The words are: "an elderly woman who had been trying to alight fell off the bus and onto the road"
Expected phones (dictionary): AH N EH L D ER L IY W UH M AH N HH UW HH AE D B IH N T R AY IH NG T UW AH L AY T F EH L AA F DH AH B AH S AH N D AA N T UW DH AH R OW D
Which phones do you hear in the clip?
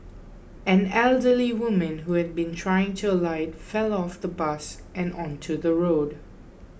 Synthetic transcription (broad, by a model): AH N EH L D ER L IY W UH M AH N HH UW HH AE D B IH N T R AY IH NG T UW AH L AY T F EH L AA F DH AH B AH S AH N AA N T UW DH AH R OW D